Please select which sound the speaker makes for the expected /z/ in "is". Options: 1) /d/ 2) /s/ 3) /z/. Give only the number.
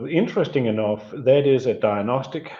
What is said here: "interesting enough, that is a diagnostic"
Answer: 3